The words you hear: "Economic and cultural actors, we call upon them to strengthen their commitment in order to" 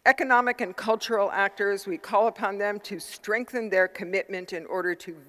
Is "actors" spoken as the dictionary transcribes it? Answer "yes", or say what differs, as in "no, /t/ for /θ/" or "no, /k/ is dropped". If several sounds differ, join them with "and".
yes